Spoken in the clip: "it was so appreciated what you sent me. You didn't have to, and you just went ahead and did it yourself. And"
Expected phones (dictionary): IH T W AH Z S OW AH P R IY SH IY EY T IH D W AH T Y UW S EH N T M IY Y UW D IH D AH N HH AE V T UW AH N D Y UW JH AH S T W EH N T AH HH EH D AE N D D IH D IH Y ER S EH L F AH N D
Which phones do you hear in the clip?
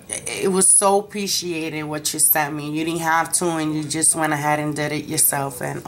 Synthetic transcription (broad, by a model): IH T W AH Z S OW AH P R IY SH IY EY T IH D W AH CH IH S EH T M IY Y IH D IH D N HH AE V T UW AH N Y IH JH AH S T W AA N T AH HH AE D N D D IH D IH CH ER S EH L F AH N